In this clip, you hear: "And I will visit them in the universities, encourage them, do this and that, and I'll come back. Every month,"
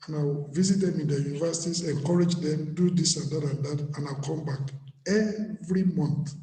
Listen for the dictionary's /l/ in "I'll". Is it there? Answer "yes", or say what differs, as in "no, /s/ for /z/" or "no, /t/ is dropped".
no, /n/ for /l/